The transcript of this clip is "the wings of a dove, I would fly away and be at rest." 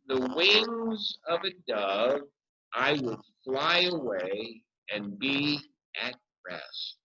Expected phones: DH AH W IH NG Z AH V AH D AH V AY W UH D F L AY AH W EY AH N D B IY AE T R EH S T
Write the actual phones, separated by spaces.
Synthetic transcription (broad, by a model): DH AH W IH NG Z AH V AH D AH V AY W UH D F L AY AH W EY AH N B IY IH T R EH S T